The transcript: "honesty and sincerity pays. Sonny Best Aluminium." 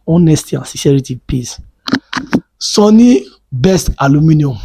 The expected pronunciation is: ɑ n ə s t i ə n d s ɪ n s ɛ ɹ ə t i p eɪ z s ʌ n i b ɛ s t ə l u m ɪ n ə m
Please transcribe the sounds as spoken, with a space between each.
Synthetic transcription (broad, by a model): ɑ n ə s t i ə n s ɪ s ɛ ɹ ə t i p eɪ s s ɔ n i b ɛ s t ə l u m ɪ n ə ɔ